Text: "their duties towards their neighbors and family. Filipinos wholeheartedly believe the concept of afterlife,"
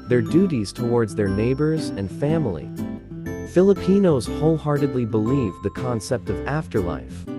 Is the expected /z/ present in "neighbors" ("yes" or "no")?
yes